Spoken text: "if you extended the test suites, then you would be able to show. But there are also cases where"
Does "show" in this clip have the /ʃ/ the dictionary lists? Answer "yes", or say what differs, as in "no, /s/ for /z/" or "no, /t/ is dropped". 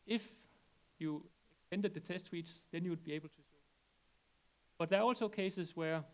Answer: no, /s/ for /ʃ/